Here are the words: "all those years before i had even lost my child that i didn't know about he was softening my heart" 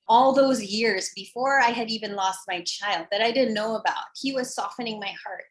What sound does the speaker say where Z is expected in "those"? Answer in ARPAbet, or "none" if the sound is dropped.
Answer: Z